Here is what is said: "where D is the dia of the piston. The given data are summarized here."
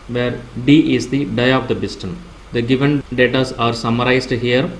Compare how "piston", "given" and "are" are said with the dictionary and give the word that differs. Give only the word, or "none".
piston